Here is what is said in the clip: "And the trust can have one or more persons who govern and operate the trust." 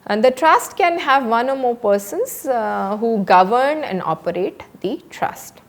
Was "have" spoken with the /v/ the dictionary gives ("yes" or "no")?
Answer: yes